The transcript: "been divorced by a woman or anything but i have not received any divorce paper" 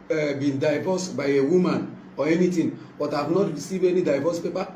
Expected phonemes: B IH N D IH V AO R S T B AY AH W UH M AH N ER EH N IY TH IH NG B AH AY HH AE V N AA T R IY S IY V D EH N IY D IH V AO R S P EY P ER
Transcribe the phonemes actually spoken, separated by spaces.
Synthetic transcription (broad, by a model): B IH N D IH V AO S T B AY AH W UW M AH N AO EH N IY T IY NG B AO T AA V N AA T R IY S IY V EH N IY D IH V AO S P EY P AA